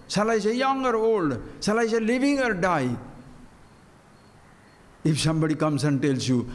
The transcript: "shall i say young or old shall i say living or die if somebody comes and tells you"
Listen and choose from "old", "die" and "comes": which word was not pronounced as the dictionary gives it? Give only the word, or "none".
comes